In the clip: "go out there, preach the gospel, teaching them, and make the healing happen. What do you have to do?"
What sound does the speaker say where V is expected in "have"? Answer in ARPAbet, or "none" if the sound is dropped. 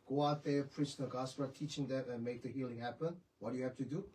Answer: F